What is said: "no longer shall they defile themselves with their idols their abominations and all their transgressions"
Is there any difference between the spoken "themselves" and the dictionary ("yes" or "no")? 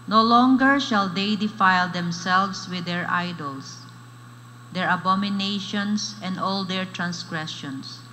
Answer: yes